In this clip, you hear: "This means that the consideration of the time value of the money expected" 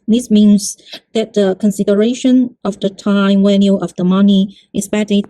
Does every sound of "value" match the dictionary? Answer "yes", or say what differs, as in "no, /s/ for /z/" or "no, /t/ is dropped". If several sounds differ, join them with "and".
no, /w/ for /v/